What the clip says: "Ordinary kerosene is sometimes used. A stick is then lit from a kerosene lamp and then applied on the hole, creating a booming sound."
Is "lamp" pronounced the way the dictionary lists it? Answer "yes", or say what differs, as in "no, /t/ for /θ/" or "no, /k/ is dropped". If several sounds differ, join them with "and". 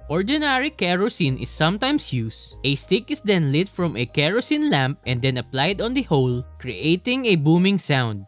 yes